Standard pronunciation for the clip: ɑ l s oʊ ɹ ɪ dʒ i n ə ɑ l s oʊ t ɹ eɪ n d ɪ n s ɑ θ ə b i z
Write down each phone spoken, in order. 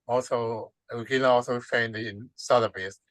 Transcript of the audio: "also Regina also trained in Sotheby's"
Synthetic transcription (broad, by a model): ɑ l s oʊ w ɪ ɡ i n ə ɑ l s oʊ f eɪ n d ɪ n s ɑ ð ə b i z